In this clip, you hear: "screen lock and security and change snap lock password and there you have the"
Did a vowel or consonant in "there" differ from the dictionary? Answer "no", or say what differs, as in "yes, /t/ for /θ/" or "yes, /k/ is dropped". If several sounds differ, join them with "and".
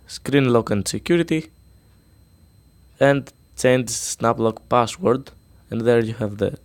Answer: no